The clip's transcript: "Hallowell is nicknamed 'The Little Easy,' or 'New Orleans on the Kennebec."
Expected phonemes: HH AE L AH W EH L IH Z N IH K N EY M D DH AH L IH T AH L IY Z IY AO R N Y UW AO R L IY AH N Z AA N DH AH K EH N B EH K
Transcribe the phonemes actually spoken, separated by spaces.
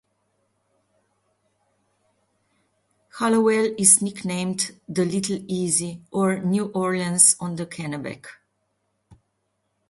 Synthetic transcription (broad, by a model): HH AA L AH W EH L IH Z N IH K N EY M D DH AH L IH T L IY Z IY AO R N Y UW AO R IY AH N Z AA N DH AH K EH N B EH K